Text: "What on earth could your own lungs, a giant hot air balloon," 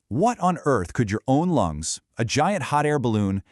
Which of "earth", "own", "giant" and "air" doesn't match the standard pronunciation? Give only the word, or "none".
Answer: none